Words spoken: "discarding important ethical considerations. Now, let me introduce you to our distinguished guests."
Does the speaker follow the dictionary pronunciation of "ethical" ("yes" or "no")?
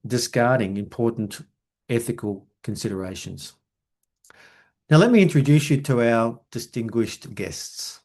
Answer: yes